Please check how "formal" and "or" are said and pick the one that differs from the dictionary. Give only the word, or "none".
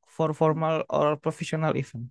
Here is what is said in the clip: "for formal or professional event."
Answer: none